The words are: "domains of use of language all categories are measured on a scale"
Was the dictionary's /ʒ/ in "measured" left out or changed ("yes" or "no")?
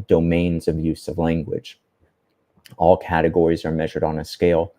no